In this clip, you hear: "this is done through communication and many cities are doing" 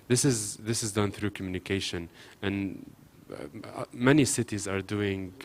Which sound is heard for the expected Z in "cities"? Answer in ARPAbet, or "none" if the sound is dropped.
Z